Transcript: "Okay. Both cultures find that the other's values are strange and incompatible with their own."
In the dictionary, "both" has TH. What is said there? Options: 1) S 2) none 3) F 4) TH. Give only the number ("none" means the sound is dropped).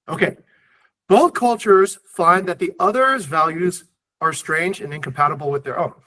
4